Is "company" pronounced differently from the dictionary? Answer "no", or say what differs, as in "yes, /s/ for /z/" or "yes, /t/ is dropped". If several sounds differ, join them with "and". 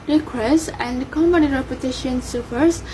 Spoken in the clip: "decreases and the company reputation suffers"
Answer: yes, /b/ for /p/